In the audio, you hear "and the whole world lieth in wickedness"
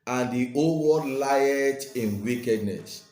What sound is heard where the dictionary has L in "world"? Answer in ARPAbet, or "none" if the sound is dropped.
none